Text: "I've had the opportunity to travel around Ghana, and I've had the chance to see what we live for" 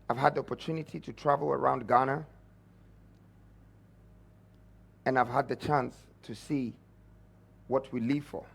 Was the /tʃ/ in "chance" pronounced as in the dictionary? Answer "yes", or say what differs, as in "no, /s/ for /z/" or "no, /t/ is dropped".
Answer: yes